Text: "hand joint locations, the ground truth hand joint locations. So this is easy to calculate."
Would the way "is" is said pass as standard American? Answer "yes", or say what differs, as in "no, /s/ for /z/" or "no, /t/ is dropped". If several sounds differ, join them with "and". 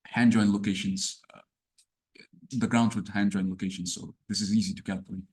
yes